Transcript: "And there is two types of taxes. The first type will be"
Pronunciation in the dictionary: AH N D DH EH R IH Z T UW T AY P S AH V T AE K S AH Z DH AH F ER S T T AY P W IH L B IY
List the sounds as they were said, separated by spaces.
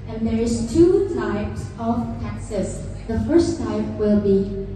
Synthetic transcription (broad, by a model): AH N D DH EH R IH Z T UW T AY P S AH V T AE K S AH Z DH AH F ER S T T AY P W IH L B IY